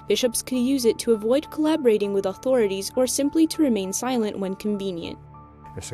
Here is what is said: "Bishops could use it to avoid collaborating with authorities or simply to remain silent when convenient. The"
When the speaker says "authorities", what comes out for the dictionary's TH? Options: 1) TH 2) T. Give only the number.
1